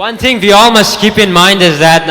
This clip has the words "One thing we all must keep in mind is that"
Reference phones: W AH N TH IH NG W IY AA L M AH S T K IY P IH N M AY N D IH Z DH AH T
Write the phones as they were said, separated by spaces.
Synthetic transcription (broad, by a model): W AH N TH IH NG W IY AA L M AH S T K IY P IH N M AY N D IH Z DH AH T